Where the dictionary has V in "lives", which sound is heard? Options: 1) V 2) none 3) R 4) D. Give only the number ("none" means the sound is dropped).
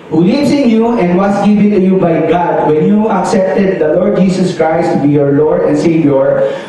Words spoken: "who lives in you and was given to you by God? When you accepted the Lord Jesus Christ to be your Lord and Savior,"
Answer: 2